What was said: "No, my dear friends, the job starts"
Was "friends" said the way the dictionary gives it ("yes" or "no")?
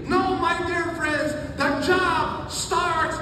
yes